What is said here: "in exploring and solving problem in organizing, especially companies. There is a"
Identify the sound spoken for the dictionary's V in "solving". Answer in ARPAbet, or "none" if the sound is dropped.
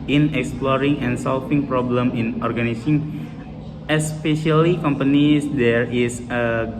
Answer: F